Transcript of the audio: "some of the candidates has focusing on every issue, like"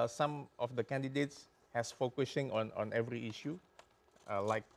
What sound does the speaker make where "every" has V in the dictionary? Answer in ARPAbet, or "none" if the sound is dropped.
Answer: V